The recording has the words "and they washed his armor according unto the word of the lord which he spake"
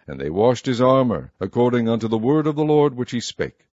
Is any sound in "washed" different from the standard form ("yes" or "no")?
no